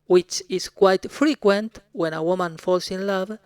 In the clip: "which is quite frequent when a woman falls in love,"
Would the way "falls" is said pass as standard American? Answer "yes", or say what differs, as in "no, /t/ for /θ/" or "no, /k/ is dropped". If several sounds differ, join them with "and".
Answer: no, /s/ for /z/